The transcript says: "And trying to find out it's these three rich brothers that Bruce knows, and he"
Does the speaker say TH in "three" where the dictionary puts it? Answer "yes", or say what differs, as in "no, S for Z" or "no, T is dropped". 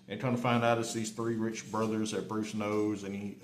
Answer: yes